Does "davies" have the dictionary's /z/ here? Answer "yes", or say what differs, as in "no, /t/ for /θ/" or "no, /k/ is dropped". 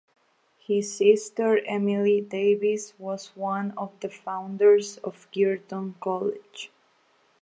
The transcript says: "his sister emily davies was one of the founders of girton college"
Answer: no, /s/ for /z/